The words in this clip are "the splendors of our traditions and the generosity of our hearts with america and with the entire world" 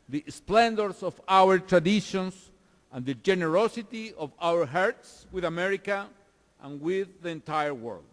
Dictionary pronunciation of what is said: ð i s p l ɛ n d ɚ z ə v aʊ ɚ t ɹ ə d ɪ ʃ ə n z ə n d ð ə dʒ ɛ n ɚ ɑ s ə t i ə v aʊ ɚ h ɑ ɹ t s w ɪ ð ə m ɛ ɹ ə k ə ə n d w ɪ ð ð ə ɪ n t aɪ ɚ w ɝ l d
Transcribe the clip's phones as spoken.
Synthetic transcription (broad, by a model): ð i s p l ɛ n d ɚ s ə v aʊ ɚ t ɹ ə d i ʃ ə n s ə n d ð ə dʒ ɛ n ɚ ɑ s ə t i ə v aʊ ɚ h ɑ ɹ t s w ɪ ð ə m ɛ ɹ ə k ə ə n w ɪ ð ð ə ɪ n t aɪ ɚ w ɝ l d